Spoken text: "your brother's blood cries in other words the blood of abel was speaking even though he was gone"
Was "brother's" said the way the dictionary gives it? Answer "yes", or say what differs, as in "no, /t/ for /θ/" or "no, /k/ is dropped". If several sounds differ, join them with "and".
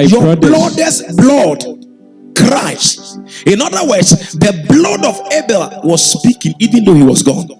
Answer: no, /l/ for /ɹ/